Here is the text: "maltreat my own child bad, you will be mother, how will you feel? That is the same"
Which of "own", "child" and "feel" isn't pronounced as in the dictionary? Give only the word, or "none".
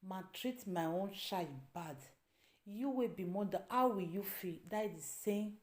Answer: child